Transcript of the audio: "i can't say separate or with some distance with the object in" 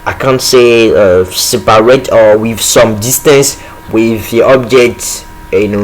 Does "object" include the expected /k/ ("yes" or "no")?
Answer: yes